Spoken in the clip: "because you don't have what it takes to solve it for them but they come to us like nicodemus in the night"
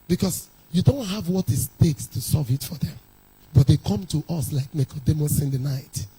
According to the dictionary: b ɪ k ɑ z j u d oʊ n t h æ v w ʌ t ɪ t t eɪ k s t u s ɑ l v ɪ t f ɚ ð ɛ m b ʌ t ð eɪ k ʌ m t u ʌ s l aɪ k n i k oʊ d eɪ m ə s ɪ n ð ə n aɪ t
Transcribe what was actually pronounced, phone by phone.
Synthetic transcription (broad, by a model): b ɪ k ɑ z j u d oʊ n t h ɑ v w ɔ t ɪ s t eɪ k s t u s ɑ v ɪ t f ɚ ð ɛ m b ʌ t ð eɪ k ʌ m t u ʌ s l aɪ k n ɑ k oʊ d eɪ m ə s ɪ n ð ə n aɪ t